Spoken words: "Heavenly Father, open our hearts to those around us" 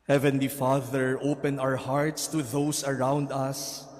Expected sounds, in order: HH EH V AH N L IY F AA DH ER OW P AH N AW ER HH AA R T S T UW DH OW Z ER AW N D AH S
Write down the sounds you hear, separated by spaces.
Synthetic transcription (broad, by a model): HH EH V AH N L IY F AA DH ER OW P AH N AW ER HH AA R T S T UW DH OW S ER AW N D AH S